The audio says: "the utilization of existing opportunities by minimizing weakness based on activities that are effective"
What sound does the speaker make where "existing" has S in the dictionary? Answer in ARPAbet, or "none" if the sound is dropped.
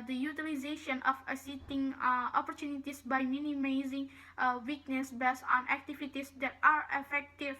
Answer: none